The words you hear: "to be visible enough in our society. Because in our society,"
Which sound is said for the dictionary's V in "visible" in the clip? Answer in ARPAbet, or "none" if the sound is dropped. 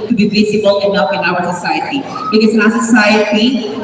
B